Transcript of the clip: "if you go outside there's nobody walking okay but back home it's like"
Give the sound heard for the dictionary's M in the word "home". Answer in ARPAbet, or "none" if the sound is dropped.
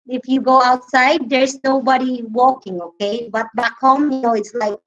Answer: none